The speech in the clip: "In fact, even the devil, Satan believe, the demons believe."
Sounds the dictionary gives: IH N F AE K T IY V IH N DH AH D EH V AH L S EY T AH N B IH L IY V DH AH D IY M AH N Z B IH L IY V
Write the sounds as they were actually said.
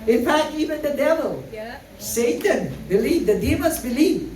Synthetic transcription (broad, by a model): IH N F AE K T IY V IH N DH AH D EH V AH L S EY T AH N B IH L IY V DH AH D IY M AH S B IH L IY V